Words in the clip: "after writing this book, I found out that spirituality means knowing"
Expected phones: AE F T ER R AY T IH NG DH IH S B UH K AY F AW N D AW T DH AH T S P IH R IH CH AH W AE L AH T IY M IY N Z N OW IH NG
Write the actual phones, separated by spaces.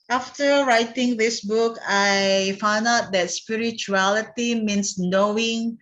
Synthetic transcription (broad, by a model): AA F T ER R AY T IH NG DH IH S B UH K AY F AW N D AW T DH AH T S P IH R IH CH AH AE L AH T IY M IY N S N OW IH NG